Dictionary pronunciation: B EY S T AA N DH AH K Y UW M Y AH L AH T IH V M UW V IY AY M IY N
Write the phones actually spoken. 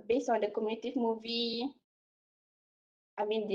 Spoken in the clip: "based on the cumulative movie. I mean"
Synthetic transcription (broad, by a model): B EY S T AA N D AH K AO M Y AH N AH T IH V M UW V IY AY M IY N